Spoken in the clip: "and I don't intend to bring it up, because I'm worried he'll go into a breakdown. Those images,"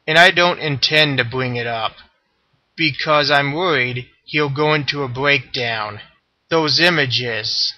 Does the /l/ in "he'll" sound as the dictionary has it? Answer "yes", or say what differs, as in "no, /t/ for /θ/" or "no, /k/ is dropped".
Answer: yes